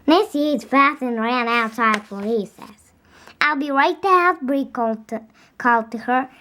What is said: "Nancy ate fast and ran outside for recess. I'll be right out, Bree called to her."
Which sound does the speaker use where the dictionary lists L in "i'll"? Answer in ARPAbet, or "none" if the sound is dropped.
L